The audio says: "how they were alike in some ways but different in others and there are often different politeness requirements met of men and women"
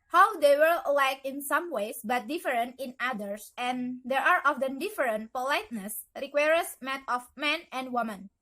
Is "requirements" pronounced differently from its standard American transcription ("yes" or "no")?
yes